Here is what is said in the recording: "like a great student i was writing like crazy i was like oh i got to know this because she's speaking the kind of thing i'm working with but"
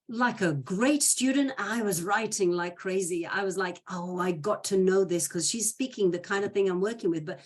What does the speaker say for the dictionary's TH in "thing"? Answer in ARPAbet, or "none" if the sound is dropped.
TH